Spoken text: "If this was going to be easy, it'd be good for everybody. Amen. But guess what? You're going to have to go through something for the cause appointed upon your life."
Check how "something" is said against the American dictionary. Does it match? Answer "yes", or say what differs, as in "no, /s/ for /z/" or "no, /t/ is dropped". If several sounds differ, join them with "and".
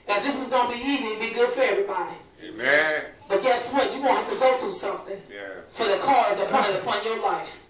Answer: yes